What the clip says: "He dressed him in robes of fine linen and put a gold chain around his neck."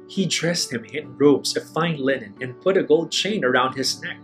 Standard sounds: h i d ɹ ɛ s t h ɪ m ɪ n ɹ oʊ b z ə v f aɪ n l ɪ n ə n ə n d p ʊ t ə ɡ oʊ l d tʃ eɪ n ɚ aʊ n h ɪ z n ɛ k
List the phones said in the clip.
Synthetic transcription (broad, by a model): h i d ɹ ɛ s t h ɪ m ɪ n ɹ oʊ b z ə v f aɪ n l ɪ n ə n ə n p ʊ t ə ɡ oʊ l d tʃ eɪ n ɚ aʊ n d ɪ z n ɛ k